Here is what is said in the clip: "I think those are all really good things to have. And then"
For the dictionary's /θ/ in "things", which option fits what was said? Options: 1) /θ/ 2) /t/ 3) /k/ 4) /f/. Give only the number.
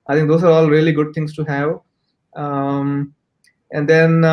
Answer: 2